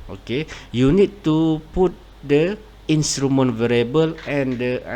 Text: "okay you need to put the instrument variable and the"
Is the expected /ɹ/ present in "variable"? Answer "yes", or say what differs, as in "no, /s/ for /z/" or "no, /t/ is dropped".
yes